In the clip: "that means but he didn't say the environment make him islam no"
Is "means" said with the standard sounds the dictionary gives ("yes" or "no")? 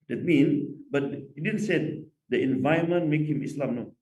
no